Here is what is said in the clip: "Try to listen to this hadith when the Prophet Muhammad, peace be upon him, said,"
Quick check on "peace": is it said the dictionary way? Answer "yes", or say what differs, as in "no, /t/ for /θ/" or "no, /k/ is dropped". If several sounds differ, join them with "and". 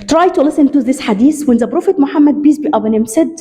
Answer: no, /b/ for /p/